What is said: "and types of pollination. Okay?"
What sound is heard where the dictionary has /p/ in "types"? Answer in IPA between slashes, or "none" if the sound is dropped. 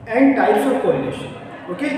none